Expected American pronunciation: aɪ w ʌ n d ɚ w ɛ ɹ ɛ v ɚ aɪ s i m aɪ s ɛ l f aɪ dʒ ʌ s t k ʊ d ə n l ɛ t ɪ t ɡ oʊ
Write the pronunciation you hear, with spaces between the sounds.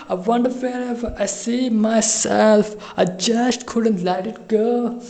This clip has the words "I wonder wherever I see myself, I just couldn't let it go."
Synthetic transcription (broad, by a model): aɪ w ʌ n d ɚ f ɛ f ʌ ɚ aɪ s i m aɪ s ɛ l f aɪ dʒ ʌ s t k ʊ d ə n l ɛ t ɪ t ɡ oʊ